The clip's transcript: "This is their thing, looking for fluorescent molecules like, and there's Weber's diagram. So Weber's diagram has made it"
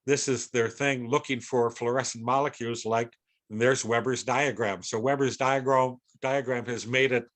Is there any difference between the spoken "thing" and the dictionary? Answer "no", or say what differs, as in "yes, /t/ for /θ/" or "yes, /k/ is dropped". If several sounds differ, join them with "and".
no